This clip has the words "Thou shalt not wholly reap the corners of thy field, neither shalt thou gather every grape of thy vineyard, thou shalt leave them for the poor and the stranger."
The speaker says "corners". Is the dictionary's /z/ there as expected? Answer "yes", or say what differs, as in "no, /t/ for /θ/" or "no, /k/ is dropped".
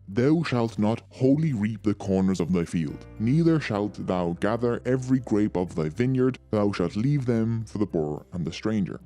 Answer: yes